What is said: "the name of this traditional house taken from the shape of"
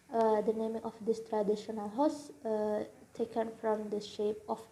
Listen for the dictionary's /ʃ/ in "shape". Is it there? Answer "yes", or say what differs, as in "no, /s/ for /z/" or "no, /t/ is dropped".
yes